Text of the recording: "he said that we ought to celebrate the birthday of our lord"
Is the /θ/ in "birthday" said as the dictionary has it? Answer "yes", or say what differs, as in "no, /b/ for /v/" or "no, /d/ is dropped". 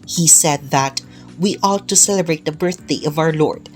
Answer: yes